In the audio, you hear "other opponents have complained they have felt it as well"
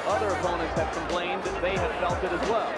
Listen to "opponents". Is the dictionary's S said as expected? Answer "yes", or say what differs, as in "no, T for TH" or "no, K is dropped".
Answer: yes